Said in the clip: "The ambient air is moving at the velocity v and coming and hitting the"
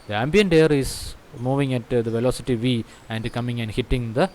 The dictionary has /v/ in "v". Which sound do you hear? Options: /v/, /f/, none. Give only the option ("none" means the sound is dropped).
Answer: /v/